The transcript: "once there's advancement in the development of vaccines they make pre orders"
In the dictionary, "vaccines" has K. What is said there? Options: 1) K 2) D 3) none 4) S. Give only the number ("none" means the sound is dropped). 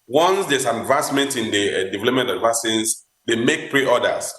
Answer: 3